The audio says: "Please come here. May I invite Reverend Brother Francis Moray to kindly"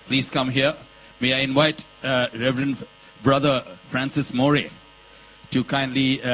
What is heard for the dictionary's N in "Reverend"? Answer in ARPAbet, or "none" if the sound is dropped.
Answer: N